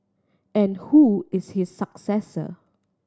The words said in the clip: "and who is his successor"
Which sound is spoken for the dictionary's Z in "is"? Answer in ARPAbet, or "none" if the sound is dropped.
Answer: S